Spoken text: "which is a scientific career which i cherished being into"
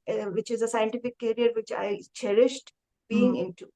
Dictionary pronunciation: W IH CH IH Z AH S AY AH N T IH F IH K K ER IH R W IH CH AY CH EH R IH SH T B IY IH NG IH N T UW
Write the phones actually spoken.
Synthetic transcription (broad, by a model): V IH CH IH Z AH S AY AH N T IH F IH K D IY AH R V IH CH AY CH EH R IH SH T B IY IH NG IH N T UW